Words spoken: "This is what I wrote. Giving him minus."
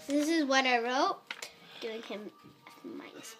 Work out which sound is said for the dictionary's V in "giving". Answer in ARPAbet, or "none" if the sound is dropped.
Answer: none